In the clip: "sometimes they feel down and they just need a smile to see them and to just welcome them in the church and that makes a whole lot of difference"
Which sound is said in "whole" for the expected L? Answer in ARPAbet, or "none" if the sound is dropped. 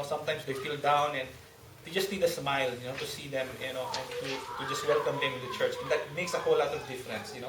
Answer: W